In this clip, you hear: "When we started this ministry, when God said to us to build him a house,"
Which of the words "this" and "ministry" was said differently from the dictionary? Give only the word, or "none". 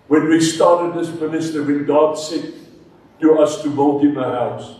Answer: ministry